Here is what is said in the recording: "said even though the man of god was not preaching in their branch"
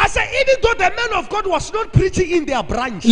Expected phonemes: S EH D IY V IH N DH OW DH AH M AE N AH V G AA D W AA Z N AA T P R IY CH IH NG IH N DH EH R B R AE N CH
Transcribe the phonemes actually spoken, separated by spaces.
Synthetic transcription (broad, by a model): S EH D IY V IH N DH OW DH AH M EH N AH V G AA D W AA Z N AA T P R IY CH IH NG IH N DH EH B R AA N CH